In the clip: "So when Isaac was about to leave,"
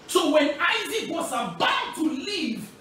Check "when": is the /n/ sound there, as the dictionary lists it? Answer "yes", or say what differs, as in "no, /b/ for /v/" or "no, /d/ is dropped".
yes